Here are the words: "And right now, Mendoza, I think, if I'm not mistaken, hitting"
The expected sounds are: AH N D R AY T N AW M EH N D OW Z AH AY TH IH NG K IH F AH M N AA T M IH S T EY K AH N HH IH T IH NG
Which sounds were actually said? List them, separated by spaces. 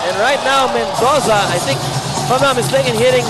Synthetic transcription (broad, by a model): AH N R AY T N AW M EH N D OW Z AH AY TH IH NG K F AH M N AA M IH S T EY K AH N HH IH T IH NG